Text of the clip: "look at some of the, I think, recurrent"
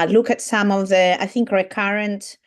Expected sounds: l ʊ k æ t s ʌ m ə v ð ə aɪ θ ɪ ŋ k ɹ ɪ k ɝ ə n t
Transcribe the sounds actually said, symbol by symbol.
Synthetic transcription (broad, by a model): l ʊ k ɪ t s ʌ m ə v ð ə aɪ θ ɪ ŋ k ɹ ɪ k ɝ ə n t